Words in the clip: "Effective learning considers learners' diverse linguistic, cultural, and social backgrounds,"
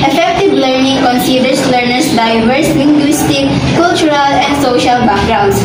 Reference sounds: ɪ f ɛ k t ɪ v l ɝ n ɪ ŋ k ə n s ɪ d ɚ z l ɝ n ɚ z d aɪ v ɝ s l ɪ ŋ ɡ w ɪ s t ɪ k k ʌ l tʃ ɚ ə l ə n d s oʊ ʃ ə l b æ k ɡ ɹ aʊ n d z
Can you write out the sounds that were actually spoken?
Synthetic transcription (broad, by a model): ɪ f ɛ k t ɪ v l ɝ n ɪ ŋ k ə n s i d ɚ s l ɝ n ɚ s d aɪ v ɝ s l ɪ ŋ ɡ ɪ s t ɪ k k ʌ l tʃ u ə l ə n d s oʊ ʃ ə l b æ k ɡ ɹ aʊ n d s